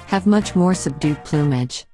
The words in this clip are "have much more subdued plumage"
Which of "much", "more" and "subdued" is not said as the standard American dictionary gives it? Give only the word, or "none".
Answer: none